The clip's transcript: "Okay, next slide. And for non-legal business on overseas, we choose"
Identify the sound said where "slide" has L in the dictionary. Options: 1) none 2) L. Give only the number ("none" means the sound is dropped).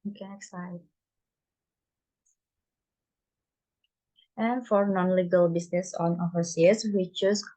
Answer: 1